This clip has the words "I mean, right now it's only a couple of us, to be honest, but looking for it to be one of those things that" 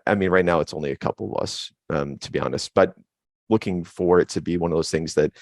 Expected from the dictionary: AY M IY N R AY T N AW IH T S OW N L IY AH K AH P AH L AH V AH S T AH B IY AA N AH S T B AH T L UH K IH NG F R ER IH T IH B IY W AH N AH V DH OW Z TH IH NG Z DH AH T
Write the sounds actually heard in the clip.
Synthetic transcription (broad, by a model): AY M IY N R AY T N AW IH T S OW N L IY AH K AH P L AH V AH S T AH B IY AA N AH S T B AH T L UH K IH NG F R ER IH T IH B IY W AH N AH V DH OW Z TH IH NG Z DH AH T